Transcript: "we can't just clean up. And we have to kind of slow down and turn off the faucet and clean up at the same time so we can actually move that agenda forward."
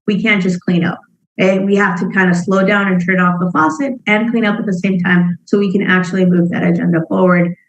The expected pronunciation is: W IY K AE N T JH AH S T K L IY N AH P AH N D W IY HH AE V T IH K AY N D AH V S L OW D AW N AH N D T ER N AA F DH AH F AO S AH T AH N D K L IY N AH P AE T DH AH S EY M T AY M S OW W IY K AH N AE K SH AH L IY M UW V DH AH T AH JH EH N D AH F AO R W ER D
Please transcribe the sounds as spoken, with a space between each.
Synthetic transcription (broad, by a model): W IY K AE N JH AH S K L IY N AH P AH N W IY HH AE F T IH K AY N D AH S L OW D AW N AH N T ER N AA F DH AH F AO S AH T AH N K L IY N AH P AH T DH AH S EY M T AY M S OW W IY K AH N AE K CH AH L IY M UW V DH AH T AH JH EH N D AH F AO R W ER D